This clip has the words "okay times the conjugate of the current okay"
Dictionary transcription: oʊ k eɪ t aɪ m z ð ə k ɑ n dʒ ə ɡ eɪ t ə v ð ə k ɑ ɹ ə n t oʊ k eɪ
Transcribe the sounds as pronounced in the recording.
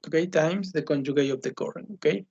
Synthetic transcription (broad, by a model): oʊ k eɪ t aɪ m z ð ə k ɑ n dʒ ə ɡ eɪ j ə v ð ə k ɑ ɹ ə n oʊ k eɪ